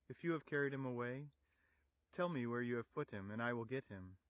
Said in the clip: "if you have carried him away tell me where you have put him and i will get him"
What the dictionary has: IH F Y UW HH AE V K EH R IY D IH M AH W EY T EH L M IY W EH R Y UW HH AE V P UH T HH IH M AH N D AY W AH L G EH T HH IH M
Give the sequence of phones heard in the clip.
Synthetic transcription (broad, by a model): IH F Y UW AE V K EH R IY D IH M AH W EY T EH L M IY W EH R Y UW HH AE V P UH T HH IH M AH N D AY W AH L G EH T HH IH M